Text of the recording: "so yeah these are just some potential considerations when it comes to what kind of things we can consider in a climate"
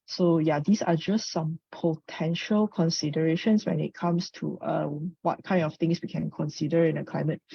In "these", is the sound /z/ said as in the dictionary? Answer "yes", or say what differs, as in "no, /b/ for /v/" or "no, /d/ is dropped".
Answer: no, /s/ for /z/